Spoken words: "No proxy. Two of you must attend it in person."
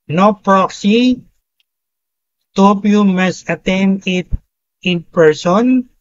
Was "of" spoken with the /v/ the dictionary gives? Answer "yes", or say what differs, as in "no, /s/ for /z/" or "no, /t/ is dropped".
no, /p/ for /v/